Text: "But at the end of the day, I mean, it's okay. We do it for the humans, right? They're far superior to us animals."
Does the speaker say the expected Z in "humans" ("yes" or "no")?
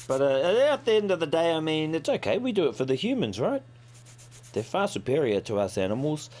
yes